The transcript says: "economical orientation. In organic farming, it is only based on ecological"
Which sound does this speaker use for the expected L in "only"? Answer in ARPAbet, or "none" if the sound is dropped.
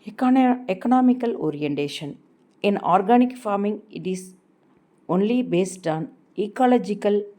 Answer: L